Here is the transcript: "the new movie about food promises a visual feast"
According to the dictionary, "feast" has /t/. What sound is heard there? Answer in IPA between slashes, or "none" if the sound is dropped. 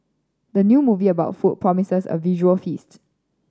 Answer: /t/